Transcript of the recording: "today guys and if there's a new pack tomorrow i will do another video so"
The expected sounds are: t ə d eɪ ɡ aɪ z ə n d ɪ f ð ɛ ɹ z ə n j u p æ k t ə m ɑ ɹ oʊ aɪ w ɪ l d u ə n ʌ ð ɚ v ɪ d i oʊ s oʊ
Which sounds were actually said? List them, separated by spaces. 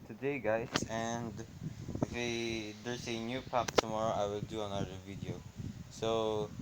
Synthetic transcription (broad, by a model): t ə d eɪ ɡ aɪ s ə n d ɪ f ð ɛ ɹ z ə n j u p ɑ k t ə m ɑ ɹ oʊ aɪ w ɪ l d u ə n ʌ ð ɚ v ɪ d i oʊ s oʊ